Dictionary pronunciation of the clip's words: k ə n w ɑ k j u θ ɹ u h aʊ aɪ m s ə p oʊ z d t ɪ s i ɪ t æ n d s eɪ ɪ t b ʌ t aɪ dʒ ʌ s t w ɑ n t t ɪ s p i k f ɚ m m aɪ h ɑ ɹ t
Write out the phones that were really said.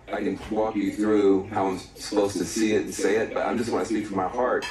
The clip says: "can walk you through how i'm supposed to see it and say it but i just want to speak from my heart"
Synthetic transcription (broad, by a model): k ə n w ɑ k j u θ ɹ u h aʊ aɪ m s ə p oʊ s t ɪ s i ɪ t n s eɪ ɪ t b ʌ t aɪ dʒ ʌ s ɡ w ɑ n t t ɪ s p i k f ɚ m m aɪ h ɑ ɹ t